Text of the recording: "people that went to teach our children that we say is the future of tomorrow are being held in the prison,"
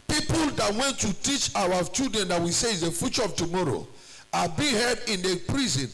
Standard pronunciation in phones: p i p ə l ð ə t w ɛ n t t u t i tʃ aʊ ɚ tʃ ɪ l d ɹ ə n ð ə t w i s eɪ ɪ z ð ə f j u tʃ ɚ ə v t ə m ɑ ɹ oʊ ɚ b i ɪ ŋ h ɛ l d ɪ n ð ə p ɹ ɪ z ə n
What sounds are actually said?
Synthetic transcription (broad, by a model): p i p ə l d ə t w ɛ n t t u t i tʃ aʊ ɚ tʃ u d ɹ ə n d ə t w i s eɪ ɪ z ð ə f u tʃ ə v t ə m ɑ ɹ oʊ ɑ b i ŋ h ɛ d ɪ n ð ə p ɹ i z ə n